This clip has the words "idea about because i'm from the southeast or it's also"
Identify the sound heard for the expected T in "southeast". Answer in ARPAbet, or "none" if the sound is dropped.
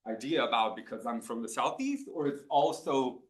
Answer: T